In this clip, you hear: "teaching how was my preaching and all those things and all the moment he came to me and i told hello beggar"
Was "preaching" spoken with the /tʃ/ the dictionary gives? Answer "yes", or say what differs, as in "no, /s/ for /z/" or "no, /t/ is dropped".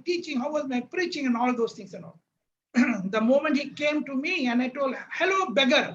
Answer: yes